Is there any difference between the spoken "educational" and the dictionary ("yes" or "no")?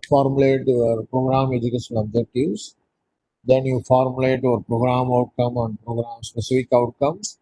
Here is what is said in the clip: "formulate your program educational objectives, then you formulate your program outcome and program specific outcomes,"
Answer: yes